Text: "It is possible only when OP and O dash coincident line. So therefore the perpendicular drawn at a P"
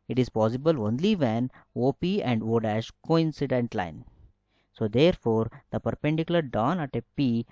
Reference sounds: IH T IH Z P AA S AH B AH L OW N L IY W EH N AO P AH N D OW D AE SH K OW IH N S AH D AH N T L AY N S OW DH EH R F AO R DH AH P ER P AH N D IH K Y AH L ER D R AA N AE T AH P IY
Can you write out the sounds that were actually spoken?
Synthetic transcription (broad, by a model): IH T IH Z P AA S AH B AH L OW N L IY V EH N AO P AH N D OW D AE SH K OW IH N S AH D AH N T L AY N S OW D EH R F AO R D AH P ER P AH N D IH K Y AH L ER D AA N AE T AH P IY